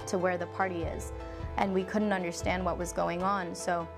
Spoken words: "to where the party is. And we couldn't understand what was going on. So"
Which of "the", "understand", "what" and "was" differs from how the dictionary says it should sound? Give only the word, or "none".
none